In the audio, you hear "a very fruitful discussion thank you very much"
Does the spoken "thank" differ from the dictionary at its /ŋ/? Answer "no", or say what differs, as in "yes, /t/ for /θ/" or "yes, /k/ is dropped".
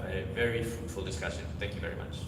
no